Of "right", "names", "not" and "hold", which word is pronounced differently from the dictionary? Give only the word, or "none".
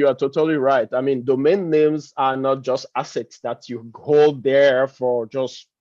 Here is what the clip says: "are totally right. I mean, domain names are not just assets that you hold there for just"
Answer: hold